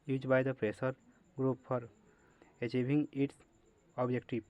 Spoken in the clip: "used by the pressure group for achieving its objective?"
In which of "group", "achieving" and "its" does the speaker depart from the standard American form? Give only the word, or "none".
achieving